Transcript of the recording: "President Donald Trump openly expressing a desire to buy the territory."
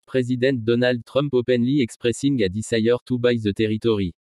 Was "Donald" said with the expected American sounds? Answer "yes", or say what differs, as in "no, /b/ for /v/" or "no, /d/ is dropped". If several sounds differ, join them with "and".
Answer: yes